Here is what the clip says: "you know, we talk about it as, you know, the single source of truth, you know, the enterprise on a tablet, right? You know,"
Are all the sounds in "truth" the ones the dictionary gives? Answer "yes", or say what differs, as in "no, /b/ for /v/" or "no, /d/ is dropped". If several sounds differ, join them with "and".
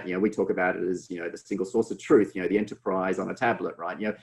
yes